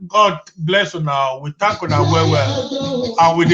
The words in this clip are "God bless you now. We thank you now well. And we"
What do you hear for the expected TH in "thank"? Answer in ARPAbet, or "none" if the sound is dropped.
T